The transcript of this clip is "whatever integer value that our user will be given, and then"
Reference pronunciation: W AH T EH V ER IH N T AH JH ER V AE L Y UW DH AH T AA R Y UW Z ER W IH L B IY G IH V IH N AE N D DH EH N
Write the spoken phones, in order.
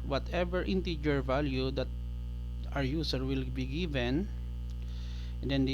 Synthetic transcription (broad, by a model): W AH T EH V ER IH N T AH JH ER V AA L Y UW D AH T AA R Y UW S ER W IH L B IY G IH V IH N N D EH N